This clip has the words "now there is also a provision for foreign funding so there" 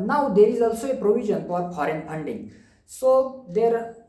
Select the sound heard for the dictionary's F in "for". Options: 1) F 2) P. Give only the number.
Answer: 2